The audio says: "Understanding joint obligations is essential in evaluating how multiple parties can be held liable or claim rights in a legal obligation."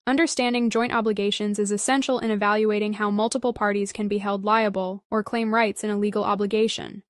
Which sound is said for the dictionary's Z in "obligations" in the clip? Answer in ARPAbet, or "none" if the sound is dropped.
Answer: Z